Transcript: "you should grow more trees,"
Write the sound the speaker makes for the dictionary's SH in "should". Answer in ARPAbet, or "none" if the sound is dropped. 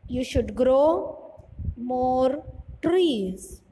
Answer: SH